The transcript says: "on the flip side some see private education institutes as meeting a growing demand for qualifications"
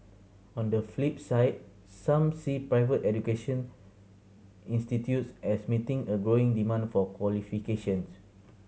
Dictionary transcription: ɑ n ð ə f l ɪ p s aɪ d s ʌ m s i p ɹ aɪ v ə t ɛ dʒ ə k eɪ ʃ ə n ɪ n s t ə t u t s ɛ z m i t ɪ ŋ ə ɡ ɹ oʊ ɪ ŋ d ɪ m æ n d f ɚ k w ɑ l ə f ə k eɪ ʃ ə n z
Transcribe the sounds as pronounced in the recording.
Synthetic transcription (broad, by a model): ɑ n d ə f l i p s aɪ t s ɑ m s i p ɹ aɪ v ə t ɛ dʒ ə k eɪ ʃ ə n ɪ n s t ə t u t s ɛ s m i t ɪ ŋ ə ɡ ɹ oʊ ɪ ŋ d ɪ m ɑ n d f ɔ k w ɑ l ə f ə k eɪ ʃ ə n s